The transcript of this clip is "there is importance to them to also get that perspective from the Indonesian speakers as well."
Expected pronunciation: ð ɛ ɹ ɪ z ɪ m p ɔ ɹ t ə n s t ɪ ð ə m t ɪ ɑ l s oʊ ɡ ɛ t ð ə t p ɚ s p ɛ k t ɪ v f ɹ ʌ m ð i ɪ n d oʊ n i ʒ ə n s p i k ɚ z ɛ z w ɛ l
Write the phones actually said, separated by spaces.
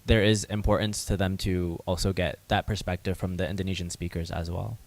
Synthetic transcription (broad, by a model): ð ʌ ɹ ɪ z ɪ m p ɔ ɹ t n s t ɪ ð ə m t ɪ ɑ l s oʊ ɡ ɛ t ð ə t p ɚ s p ɛ k t ɪ v f ɹ ʌ m ð i ɪ n d oʊ n i ʒ ə n s p i k ɚ z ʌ z w ɛ l